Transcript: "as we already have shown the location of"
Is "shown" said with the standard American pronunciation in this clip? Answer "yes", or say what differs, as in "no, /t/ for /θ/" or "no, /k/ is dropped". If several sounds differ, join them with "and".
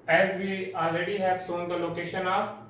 no, /s/ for /ʃ/